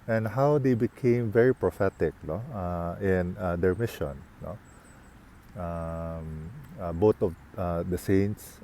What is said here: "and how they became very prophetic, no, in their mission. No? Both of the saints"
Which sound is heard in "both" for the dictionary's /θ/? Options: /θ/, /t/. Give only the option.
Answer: /t/